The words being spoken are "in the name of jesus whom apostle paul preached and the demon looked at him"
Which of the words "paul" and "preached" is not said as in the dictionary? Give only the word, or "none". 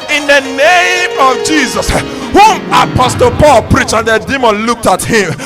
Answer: none